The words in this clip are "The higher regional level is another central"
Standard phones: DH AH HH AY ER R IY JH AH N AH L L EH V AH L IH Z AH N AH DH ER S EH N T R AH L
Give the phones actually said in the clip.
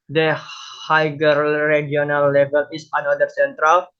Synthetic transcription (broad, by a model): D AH HH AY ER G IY AH N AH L L EH V AH L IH S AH N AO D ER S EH N T R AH L